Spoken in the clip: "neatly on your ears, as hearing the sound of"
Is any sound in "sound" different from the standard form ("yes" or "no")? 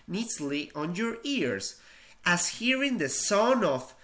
yes